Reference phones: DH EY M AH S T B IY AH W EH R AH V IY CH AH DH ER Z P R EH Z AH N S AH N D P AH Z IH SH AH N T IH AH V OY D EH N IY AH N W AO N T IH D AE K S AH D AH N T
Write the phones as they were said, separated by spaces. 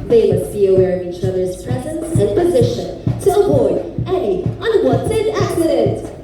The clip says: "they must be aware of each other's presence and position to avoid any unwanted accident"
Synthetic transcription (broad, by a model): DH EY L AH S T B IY AH W EH R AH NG IY CH AH DH ER Z P R EH Z AH N S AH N P AH Z IH SH AH N T IH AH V OY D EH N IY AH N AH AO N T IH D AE K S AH D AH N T